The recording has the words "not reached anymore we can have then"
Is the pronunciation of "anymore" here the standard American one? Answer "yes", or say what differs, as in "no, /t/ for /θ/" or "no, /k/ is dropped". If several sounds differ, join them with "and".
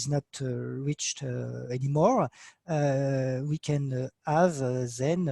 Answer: yes